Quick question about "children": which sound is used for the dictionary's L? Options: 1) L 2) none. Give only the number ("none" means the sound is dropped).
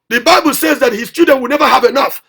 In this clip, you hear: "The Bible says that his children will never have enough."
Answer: 2